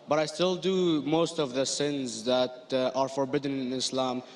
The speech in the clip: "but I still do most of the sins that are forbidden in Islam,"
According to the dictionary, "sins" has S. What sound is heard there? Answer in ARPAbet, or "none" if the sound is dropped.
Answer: S